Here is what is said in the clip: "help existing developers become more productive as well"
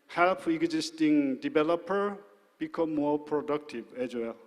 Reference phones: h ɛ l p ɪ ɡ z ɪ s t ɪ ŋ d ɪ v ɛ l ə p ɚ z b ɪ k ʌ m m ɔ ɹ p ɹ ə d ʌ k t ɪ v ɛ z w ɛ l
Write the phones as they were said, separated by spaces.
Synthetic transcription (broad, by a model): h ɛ l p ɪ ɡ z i s t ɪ ŋ d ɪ b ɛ l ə p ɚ b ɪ k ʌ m m ɔ ɹ p ɹ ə d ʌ k t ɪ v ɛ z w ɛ l